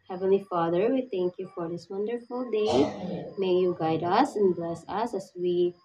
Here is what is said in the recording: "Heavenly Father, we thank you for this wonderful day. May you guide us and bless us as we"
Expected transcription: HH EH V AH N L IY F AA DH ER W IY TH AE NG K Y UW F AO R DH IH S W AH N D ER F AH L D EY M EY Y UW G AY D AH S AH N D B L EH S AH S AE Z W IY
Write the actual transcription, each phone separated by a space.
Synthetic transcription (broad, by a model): HH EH V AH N L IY F AA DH ER W IY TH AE NG K Y UW F AO R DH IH S W AH N D ER F AH L D EY M EY Y UW G AY D AH S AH N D B L EH S AH S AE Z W IY